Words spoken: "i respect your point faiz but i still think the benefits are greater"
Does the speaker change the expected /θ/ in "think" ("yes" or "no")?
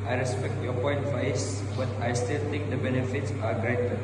yes